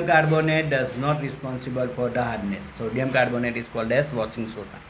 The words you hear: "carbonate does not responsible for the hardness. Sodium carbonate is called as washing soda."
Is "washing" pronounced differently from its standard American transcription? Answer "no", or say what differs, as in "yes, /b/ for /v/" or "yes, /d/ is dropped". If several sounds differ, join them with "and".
yes, /s/ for /ʃ/